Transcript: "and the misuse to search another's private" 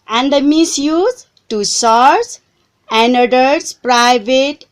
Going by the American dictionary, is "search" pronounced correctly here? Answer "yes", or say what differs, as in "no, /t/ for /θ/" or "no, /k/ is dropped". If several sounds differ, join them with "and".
no, /s/ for /tʃ/